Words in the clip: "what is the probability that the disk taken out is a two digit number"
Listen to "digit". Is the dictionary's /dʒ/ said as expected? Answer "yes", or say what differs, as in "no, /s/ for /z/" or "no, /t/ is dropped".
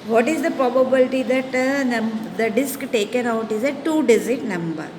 no, /z/ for /dʒ/